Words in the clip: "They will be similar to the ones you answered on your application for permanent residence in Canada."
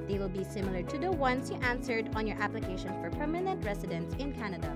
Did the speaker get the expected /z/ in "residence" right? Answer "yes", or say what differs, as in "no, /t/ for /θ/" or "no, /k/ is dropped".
no, /s/ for /z/